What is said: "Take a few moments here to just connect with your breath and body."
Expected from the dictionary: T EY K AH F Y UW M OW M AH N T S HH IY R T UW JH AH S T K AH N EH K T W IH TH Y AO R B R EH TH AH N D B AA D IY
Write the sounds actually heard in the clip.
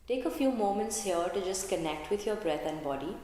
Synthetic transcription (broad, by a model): T EY K AH F Y UW M OW M AH N T S HH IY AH T UW JH AH S T K AH N EH K T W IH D Y AO R B R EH T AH N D B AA D IY